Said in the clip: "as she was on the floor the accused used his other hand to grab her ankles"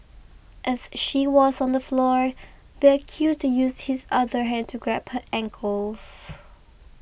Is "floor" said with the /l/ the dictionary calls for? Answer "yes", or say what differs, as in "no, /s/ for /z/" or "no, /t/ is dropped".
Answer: yes